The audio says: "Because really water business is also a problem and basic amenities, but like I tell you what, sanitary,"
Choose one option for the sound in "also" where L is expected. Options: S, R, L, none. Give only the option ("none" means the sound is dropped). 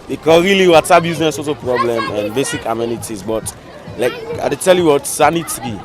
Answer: none